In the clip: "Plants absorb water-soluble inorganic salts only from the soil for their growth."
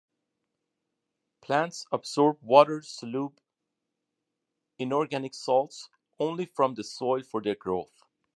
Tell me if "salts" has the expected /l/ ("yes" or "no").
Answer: yes